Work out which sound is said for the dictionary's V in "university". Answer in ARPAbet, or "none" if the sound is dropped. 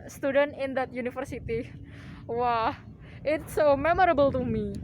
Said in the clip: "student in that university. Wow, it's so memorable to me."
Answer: F